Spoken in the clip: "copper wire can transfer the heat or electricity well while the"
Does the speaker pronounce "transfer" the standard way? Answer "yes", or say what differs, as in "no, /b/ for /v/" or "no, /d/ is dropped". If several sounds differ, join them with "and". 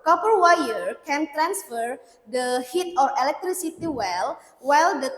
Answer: yes